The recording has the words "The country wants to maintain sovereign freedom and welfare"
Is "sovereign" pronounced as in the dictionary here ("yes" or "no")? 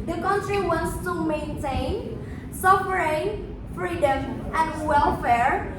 no